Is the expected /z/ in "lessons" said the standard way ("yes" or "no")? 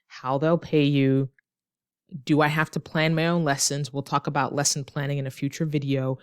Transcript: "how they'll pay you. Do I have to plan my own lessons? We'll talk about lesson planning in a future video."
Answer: yes